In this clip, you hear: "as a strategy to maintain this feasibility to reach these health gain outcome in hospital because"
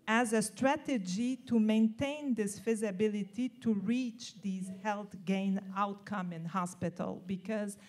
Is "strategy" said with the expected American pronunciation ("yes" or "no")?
yes